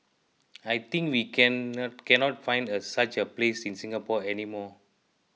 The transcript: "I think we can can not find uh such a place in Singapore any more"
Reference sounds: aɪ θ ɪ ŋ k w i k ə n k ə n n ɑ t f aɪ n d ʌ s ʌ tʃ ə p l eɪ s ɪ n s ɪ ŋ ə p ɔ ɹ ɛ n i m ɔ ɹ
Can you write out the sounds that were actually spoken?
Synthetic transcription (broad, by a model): aɪ t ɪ ŋ k w i k ə n k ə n n ɑ t f aɪ n d ʌ s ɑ tʃ ə p l eɪ s ɪ n s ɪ ŋ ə p ɔ ɛ n i m ɔ